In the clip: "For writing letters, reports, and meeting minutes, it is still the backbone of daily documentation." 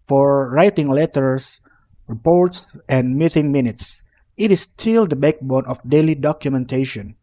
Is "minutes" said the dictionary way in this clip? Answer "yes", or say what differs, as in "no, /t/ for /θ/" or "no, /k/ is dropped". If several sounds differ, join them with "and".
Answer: yes